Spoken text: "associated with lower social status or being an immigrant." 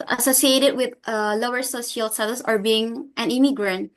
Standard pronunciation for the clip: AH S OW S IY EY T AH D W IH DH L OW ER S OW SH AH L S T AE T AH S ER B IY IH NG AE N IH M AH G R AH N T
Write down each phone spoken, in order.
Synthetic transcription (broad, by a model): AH S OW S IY EY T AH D W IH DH L OW ER S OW S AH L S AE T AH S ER B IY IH NG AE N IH M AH G R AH N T